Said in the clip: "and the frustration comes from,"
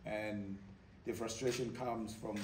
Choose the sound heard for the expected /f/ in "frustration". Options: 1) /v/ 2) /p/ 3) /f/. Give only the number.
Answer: 3